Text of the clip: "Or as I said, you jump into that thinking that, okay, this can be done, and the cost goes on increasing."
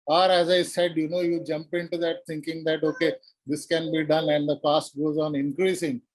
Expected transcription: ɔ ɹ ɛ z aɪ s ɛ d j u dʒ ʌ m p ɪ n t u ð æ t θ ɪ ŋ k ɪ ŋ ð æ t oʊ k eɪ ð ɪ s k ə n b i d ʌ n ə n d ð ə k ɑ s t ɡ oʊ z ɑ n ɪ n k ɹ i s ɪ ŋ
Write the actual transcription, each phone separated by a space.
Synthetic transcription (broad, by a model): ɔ ɹ ɛ z aɪ s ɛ d j u dʒ ʌ m p ɪ n t u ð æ t t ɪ ŋ k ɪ ŋ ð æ t oʊ k eɪ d ɪ s k ə n b i d ʌ n ə n d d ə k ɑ s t ɡ oʊ z ɑ n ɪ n k ɹ i s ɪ ŋ